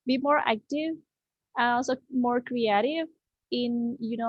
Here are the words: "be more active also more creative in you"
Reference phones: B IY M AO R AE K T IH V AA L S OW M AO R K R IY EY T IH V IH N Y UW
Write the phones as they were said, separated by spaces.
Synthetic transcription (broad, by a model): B IY M AO R AE K T IH V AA N S OW M AO R K R IY EY T IH V IH N Y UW